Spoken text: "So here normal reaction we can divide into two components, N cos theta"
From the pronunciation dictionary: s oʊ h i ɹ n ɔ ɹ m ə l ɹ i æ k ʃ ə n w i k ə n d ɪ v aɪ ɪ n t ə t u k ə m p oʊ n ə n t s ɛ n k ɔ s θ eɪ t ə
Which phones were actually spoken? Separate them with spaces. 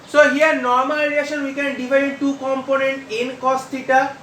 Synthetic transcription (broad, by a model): s oʊ h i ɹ n ɔ ɹ m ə l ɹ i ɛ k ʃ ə n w i k ə n d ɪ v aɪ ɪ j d t u k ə m p oʊ n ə n t ɛ n k ɔ s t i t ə